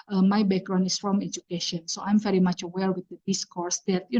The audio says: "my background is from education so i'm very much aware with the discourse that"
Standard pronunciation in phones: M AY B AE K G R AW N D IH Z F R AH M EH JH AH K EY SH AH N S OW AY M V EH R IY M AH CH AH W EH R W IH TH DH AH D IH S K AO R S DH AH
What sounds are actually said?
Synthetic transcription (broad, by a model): M AY B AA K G R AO N IH S F R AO M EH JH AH K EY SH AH N S OW AY M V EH R IY M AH CH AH W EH L W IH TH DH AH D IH S K AO R S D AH